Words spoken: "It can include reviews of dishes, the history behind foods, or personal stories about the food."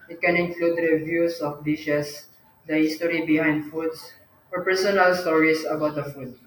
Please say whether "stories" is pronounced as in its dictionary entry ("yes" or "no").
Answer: no